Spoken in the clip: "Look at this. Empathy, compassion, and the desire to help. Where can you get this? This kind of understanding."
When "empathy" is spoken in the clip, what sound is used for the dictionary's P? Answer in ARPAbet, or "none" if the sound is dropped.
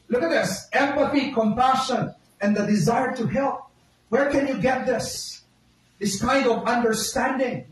P